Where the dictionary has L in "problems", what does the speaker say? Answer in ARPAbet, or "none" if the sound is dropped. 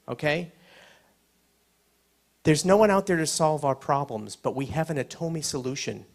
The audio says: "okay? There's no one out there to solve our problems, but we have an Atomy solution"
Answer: L